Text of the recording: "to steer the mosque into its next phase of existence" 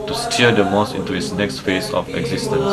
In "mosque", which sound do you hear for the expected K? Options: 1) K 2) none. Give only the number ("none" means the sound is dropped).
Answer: 2